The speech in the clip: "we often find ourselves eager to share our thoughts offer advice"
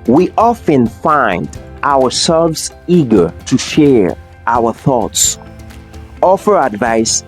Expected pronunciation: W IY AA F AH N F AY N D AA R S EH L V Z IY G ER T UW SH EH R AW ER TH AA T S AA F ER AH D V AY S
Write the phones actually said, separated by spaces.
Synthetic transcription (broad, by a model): W IY AA F AH N F AY N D AA W S EH L V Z IY G ER T UW SH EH R AW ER TH AA T S AA F ER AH D V AY S